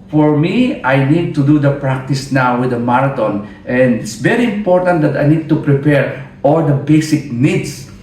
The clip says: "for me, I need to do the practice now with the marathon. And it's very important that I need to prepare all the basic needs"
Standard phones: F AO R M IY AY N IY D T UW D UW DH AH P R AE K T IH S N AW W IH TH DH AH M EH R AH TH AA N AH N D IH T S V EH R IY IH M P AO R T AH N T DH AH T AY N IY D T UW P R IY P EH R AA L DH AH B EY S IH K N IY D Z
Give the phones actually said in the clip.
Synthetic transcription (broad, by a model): F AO R M IY AY N IY D T UW D UW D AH P R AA K T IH S N AW W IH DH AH M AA R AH T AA N AH N D IH T S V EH R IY IH M P AO R T AH N T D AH T AY N IY D T UW P R IY P EH R AA L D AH B EY S IH K N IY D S